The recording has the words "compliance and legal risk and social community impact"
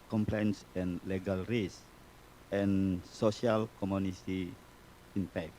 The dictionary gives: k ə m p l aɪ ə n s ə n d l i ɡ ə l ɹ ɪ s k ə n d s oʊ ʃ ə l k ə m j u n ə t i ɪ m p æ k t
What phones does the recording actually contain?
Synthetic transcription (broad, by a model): k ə m p l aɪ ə n s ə n l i ɡ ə l ɹ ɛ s ə n s oʊ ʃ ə l k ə m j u n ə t i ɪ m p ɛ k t